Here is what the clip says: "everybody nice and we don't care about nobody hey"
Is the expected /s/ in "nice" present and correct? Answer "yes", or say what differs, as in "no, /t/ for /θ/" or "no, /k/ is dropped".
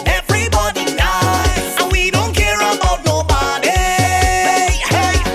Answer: no, /s/ is dropped